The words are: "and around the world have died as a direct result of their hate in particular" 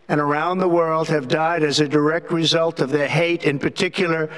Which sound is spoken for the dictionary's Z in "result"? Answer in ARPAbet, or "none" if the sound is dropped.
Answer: Z